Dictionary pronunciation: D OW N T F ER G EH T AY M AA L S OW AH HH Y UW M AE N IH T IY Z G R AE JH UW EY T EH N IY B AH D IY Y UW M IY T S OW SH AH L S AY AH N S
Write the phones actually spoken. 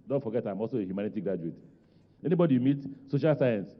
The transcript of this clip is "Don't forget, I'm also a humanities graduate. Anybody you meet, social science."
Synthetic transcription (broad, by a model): D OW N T F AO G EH T AY M AA L S OW AH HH Y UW M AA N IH T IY G R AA JH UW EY T EH N IY B AH D IY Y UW M IY T S OW SH AH L S AY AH N S